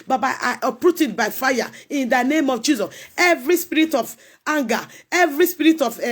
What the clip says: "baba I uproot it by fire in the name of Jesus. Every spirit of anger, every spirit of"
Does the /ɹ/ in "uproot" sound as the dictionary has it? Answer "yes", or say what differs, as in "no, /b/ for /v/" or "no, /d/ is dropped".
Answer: yes